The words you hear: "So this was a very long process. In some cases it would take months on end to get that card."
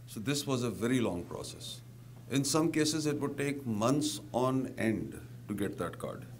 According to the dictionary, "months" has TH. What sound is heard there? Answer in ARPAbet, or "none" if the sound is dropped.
T